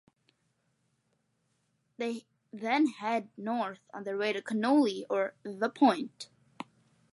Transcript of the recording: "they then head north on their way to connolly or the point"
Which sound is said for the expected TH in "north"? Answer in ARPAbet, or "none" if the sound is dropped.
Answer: TH